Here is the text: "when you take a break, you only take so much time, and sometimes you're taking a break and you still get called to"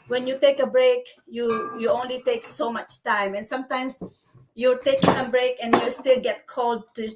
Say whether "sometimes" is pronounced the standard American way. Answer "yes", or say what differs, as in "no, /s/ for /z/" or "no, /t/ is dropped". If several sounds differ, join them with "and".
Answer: no, /s/ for /z/